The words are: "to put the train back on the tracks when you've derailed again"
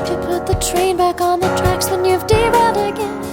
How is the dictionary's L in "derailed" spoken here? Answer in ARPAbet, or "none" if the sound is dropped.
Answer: none